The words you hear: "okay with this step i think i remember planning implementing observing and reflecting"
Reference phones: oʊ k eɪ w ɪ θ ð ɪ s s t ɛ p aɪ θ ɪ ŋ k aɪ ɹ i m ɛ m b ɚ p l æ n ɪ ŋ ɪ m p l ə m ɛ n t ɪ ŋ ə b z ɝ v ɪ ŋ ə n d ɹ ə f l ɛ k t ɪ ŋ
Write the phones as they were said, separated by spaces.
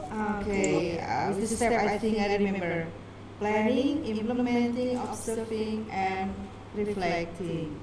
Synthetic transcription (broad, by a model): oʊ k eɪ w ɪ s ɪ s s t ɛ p aɪ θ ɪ ŋ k aɪ ɹ i m ɛ m b ɚ p l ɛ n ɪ ŋ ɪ m p l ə m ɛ n t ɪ ŋ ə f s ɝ f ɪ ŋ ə n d ɹ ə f l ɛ k t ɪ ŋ